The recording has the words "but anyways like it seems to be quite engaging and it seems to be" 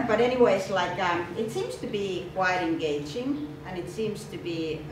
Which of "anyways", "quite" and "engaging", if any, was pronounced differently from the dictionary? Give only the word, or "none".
none